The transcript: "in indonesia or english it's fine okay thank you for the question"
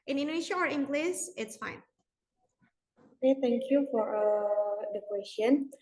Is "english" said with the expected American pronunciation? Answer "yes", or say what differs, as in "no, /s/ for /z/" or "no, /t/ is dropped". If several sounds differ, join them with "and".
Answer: no, /s/ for /ʃ/